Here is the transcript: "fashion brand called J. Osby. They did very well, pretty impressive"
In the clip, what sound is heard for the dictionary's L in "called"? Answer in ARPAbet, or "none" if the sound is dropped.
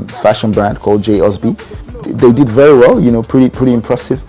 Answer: L